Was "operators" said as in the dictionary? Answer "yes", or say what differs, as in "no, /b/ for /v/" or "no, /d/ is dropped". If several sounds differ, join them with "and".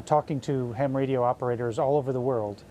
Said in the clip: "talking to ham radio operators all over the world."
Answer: yes